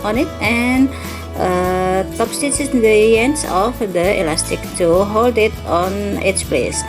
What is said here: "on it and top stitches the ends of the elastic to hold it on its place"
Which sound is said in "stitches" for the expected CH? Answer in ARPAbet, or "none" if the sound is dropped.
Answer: S